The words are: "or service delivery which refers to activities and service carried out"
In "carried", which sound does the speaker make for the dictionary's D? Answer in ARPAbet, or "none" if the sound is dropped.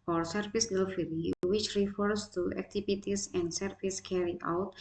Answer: none